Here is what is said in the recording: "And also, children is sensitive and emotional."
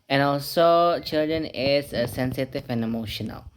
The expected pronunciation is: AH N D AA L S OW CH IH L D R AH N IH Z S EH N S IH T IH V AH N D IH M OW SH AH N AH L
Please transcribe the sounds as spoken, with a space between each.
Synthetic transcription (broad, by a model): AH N AA L S OW CH IH L D R AH N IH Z S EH N S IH T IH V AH N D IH M OW SH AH N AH L